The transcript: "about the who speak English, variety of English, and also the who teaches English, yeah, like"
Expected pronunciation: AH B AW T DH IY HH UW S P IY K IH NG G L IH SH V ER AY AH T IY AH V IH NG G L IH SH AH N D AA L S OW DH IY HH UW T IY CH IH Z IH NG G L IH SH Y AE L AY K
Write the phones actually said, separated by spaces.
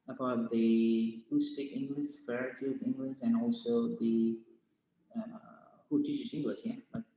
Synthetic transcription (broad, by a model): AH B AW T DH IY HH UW S P IY K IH NG G L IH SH F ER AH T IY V IH NG G L IH SH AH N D AA L S OW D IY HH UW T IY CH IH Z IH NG G L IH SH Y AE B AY